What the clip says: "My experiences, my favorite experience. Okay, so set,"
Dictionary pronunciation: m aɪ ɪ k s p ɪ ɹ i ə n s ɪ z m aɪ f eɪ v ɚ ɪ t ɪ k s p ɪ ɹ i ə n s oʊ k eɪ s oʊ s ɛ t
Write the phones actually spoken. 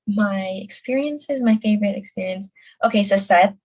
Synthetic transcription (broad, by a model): m aɪ ɪ k s p ɪ ɹ i ə n s ɪ z m aɪ f eɪ v ɚ ɪ t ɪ k s p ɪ ɹ i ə n s oʊ k eɪ s oʊ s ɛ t